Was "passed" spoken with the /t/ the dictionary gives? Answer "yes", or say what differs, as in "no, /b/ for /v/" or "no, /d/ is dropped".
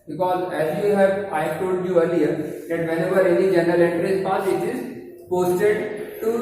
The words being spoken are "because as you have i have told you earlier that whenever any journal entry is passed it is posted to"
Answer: no, /t/ is dropped